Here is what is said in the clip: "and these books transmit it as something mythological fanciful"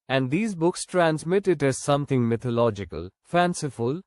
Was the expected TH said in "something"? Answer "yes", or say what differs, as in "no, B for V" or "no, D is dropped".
no, T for TH